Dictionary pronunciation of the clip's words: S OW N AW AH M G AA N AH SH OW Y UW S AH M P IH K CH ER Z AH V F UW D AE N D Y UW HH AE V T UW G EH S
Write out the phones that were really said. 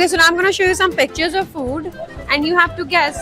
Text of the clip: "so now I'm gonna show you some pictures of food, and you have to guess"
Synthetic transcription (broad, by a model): S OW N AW AH M G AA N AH SH OW Y UW S AH M P IH K CH ER Z AH V F UW D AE N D Y UW HH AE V T UW G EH S